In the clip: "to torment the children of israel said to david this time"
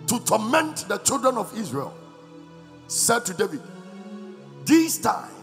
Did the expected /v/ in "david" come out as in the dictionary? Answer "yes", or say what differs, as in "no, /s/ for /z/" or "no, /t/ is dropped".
yes